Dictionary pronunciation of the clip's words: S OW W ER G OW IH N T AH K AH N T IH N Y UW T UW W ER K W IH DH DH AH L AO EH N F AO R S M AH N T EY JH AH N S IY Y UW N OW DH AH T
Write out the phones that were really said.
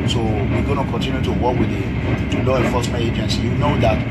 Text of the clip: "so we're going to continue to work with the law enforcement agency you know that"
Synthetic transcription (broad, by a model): S OW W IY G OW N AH K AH N T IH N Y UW T UW W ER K W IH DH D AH L AO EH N F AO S M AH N EY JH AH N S Y UW N OW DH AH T